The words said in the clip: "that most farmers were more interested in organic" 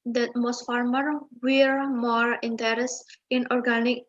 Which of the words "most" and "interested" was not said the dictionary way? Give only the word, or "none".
interested